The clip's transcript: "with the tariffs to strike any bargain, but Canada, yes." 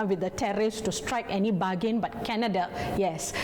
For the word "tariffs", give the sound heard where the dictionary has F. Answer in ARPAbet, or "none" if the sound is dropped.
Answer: none